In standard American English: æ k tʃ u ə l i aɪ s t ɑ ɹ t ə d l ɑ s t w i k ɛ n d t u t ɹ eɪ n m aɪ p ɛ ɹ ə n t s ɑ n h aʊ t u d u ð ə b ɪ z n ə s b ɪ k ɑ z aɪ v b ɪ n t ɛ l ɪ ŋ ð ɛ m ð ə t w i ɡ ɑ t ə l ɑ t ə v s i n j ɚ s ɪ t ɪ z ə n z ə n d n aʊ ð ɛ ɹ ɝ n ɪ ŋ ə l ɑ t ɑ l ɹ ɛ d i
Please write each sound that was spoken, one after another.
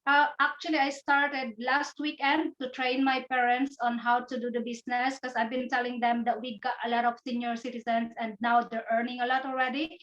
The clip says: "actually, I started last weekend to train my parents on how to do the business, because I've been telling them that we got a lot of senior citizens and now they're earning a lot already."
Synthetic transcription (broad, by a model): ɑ k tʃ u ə l i aɪ s t ɑ ɹ t ə d l ɑ s t w i k ɛ n d t u t ɹ eɪ n m aɪ p ɛ ɹ ə n t s ɑ n h aʊ t u d u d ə b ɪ s n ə s k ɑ s aɪ v b ɪ n t ɛ l ɪ ŋ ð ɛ m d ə t w i ɡ ɑ t ə l ɑ t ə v s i n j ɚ s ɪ t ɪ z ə n s ə n d n aʊ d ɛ ɹ ɝ n ɪ ŋ ə l ɑ t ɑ l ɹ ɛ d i